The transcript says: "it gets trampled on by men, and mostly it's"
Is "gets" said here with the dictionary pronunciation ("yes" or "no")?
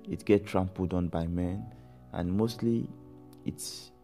no